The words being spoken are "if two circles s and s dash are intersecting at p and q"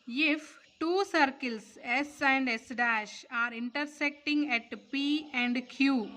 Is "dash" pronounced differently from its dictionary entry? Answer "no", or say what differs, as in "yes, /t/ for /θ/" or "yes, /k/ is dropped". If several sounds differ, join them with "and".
no